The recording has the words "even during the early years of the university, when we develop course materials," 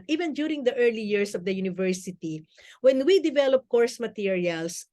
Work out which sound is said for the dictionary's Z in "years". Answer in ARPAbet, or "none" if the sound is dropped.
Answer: S